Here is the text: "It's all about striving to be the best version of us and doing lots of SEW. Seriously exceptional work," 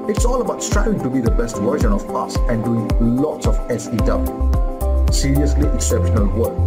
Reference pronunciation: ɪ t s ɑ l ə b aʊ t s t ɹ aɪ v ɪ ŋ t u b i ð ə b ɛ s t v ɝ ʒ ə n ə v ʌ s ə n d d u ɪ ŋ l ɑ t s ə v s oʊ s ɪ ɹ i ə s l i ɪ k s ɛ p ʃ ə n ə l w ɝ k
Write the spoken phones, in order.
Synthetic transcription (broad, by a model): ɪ t s ɑ l ə b aʊ t s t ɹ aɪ w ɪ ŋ t u b i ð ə b ɛ s t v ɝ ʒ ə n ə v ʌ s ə n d d u ɪ ŋ l ɑ t s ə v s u s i ɹ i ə s l i ɪ k s ɛ p ʃ ə n ə l w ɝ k